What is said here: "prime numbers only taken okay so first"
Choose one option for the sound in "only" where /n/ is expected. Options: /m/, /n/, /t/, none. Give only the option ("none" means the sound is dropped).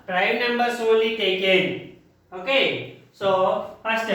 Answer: none